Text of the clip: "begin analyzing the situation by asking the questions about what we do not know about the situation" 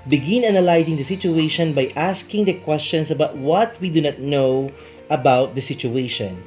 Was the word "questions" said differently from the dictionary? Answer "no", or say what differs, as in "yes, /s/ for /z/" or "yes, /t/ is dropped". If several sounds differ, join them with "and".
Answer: yes, /s/ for /z/